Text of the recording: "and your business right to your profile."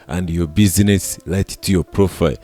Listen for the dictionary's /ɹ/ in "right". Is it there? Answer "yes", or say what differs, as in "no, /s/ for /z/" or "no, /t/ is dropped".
no, /l/ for /ɹ/